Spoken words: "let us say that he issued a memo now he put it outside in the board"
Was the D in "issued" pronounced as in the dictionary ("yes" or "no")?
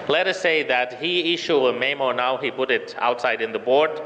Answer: no